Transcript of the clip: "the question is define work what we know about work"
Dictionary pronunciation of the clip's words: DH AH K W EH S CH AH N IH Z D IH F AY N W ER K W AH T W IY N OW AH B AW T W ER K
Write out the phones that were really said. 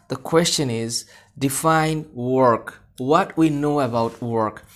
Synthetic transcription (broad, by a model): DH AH K W EH S CH AH N IH Z D IH F AY N W ER K W AH T W IY N OW AH B AW T W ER K